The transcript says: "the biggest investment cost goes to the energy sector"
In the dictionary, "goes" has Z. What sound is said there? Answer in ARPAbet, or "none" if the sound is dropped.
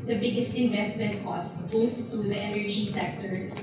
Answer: S